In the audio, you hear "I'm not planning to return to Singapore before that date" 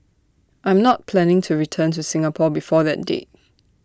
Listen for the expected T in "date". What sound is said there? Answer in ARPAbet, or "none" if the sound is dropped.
none